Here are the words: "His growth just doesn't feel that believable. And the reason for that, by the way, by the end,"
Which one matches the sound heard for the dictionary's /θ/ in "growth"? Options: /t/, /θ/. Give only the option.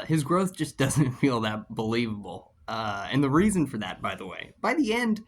/θ/